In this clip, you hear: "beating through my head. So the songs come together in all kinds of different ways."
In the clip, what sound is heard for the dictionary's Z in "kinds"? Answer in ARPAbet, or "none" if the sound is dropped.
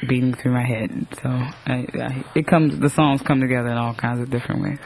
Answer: Z